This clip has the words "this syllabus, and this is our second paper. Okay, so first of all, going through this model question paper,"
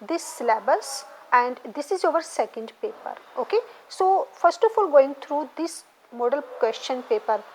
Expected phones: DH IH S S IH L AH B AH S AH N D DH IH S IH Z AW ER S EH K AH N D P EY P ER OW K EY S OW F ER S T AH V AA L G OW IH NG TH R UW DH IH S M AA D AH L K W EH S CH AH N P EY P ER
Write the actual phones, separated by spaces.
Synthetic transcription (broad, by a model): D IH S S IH L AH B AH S AH N D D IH S IH Z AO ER S EH K AH N D P EY P ER OW K EY S OW F ER S T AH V AA L G OW IH NG T R UW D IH S M AA D AH L K W EH S CH AH N P EY P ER